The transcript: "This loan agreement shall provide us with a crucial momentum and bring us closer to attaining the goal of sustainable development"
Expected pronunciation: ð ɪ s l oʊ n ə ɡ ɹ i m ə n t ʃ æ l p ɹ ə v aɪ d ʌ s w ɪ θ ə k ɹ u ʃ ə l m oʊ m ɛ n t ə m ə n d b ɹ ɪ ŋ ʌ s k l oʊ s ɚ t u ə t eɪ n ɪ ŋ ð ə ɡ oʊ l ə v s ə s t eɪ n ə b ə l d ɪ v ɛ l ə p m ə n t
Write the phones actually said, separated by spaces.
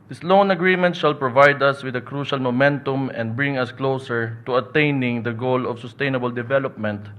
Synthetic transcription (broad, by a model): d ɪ s l oʊ n ə ɡ ɹ i m ə n t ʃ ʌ l p ɹ ə v aɪ d ʌ s w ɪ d ə k ɹ u ʃ ə l m oʊ m ɛ n t ə m ə n d b ɹ ɪ ŋ ʌ s k l oʊ s ɚ t u ə t eɪ n ɪ ŋ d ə ɡ oʊ l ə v s ə s t eɪ n ə b ə l d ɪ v ɛ l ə p m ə n t